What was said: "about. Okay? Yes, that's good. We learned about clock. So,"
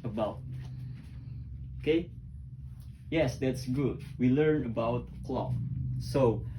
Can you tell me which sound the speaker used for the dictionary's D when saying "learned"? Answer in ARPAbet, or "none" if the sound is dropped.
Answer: none